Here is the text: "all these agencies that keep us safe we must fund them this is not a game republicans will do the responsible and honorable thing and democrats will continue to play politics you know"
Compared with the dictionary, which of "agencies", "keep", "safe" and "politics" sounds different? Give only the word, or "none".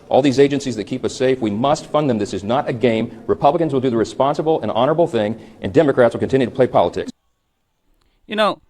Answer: none